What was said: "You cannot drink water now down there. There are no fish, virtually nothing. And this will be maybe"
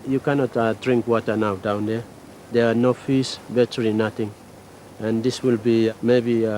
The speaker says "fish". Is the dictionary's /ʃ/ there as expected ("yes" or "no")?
no